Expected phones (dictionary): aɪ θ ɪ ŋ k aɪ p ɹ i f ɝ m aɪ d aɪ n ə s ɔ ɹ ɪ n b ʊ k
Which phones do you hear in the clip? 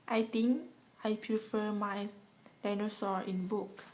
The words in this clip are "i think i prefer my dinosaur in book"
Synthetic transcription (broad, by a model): aɪ t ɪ ŋ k aɪ p ɹ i f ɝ m aɪ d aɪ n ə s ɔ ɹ ɪ n b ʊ k